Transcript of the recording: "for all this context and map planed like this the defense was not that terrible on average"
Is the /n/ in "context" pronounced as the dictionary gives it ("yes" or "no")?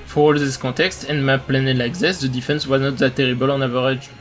no